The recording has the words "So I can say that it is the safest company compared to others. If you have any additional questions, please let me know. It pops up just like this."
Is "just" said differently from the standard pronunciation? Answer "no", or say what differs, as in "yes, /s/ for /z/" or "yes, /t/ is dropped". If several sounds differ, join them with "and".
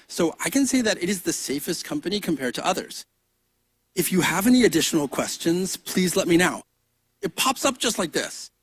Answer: yes, /ʒ/ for /dʒ/